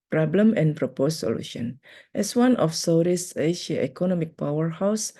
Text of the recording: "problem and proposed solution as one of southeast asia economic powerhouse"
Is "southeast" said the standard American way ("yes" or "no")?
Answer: no